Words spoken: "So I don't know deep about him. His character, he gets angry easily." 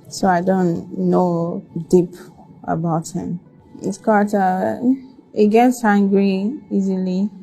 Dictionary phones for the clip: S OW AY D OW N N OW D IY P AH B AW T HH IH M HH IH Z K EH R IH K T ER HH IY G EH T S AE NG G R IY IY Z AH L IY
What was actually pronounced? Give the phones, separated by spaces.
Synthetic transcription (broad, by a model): S OW AY D OW N N OW D IY P AH B AW T HH IH M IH S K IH T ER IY G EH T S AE NG G R IY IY Z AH L IY